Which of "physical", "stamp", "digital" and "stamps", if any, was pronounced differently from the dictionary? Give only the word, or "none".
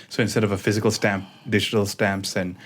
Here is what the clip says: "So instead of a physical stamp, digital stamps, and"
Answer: none